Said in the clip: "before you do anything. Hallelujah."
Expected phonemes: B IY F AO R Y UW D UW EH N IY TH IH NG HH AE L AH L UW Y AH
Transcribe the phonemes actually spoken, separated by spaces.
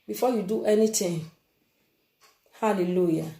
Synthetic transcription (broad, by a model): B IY F AO Y UW D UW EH N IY T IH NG HH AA L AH L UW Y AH